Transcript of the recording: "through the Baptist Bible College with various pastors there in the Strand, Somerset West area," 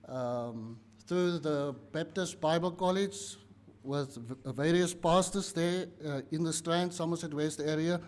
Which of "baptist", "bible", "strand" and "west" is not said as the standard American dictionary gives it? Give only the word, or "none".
none